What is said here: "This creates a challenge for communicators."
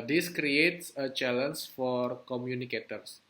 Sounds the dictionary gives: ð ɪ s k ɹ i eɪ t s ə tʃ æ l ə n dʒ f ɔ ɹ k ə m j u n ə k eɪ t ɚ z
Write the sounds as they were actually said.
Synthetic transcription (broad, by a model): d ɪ s k ɹ i eɪ t s ə tʃ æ l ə n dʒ f ɔ ɹ k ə m j u n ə k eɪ t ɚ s